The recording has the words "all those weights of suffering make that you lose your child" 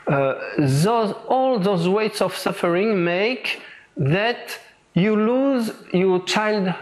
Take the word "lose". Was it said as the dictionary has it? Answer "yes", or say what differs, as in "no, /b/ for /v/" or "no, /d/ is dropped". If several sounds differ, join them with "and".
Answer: yes